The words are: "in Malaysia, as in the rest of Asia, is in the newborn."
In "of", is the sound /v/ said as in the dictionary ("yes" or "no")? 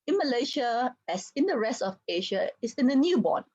no